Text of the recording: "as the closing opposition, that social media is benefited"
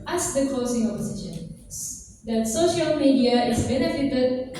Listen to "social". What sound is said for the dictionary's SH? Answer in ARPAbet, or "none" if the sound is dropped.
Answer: SH